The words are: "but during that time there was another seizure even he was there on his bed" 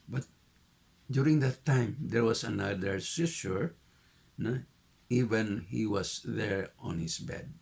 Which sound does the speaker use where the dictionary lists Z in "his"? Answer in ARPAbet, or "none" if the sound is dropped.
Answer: S